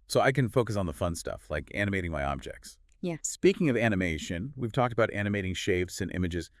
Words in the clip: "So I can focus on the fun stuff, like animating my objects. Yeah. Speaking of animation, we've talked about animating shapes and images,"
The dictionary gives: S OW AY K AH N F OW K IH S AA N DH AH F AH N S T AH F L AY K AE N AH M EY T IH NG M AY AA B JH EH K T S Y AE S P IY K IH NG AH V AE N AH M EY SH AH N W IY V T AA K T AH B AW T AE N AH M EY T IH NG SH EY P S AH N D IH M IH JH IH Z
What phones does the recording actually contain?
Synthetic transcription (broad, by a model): S OW AY K AH N F OW K IH S N DH AH F AH N S T AH F L AY K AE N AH M EY T IH NG M AY AA B JH EH K T S Y AE S P IY K IH NG AH V AE N AH M EY SH AH N W IY V T AA K T AH B AW T AE N AH M EY T IH NG SH EY F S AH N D IH M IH JH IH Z